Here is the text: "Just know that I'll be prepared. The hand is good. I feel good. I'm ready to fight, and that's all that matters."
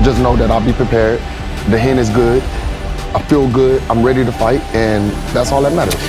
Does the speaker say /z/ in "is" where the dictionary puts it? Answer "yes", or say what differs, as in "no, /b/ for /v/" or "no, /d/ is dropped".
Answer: yes